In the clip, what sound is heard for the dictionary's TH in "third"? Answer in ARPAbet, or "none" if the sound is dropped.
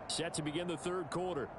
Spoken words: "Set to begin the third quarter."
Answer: TH